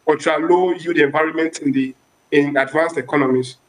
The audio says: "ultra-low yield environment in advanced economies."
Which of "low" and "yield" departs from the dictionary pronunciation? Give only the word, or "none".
yield